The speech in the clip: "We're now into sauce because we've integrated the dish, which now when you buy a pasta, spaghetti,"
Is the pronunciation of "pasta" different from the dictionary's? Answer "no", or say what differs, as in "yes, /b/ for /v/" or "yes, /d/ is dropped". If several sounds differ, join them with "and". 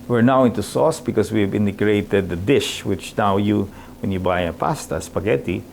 no